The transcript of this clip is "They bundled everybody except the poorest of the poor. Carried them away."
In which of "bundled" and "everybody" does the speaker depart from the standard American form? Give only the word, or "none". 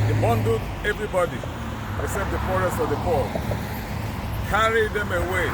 bundled